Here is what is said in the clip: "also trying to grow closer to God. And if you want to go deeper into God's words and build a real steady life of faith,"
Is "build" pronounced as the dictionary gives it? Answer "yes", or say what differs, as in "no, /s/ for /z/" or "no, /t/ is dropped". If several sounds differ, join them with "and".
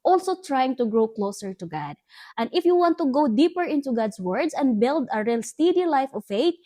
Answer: yes